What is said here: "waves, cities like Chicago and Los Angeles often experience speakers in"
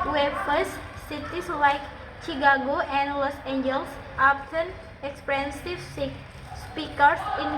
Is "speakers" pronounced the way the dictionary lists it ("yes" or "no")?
no